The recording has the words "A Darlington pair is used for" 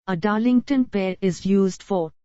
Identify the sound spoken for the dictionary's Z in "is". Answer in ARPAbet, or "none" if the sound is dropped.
Z